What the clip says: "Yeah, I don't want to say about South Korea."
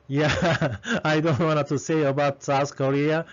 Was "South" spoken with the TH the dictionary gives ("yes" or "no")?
no